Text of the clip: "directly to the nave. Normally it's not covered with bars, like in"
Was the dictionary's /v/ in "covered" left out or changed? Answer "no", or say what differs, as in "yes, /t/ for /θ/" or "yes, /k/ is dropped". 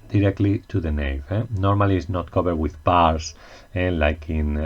yes, /b/ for /v/